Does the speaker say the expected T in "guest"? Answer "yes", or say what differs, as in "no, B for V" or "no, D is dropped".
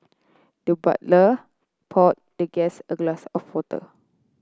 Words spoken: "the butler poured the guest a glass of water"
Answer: no, T is dropped